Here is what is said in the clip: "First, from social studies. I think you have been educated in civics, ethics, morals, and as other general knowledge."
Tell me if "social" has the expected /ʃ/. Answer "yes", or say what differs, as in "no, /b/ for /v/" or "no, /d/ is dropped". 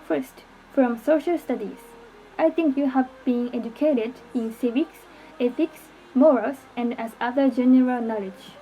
yes